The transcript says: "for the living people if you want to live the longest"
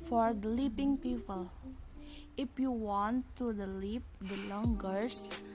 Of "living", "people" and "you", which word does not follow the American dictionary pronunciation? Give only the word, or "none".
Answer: living